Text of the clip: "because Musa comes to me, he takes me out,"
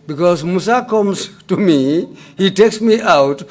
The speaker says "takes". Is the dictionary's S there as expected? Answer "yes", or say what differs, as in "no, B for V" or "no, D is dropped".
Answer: yes